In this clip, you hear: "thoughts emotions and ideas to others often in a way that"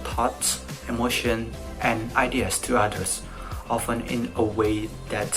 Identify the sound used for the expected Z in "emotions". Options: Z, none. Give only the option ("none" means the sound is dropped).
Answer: none